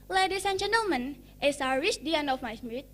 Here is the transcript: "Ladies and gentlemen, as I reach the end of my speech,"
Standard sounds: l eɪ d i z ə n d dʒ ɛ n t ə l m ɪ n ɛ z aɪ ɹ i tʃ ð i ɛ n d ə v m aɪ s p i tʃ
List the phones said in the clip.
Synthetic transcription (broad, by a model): l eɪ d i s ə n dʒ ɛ n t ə l m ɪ n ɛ s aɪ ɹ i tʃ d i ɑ n ə f m aɪ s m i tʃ